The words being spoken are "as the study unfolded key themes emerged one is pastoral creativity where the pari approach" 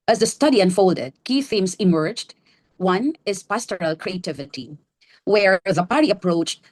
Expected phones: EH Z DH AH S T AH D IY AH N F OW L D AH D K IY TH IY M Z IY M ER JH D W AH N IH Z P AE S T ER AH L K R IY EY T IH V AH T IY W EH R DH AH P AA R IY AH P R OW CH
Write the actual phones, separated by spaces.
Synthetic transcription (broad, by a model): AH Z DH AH S T AH D IY AH N F OW L D AH D K IY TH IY M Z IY M ER JH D W AH N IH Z P AE S T ER AH L K R IY EY T IH V AH T IY W EH R DH AH P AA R IY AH P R OW CH